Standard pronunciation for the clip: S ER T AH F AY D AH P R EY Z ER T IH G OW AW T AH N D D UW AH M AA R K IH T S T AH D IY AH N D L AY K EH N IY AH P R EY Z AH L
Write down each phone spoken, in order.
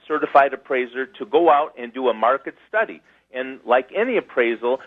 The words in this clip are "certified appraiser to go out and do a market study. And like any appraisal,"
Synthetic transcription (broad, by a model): S ER T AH F AY D AH P R EY Z ER T IH G OW AW T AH N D D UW AH M AA R K IH T S T AH D IY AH N L AY K EH N IY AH P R EY Z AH L